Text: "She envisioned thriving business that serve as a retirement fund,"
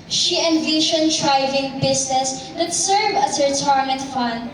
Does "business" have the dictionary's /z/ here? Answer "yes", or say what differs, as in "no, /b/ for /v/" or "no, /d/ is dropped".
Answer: no, /s/ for /z/